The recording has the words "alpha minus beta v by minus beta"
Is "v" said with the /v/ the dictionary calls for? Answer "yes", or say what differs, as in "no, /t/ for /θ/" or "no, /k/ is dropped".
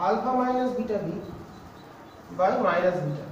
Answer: no, /b/ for /v/